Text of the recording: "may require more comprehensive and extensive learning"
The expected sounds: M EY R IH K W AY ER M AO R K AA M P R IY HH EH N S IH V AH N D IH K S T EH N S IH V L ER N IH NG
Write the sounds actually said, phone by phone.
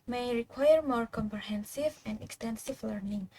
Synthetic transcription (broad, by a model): M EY R IH K W AY ER M AO R K AA M P R IY HH EH N S IH V AH N D IH K S T EH N S IH V L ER N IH NG